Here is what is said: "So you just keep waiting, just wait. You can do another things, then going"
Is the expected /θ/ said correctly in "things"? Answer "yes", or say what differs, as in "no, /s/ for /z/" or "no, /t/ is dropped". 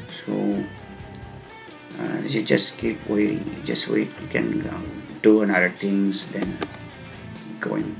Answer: no, /t/ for /θ/